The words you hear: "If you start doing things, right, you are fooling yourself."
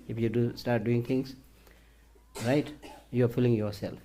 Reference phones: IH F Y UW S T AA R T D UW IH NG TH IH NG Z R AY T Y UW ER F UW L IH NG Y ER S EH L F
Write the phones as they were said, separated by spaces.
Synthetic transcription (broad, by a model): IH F Y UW S T AA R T D UW IH NG T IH NG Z R AY T Y UW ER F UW L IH NG Y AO S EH L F